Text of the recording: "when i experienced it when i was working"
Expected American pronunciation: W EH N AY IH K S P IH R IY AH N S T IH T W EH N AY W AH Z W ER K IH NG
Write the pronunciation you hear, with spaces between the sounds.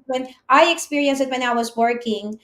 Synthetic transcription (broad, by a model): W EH N AY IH K S P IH R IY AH N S IH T W EH N AY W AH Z W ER K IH NG